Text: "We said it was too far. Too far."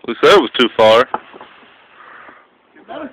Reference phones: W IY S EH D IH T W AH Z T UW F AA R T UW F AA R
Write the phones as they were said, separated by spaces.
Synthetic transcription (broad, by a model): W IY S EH IH T W AH Z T T UW F AA R